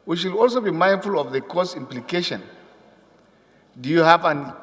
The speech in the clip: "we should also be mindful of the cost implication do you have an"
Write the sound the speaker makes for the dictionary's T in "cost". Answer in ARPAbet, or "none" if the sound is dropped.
none